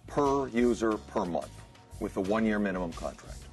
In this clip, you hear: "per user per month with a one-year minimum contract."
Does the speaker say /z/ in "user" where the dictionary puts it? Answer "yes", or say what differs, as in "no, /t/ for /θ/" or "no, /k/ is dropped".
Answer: yes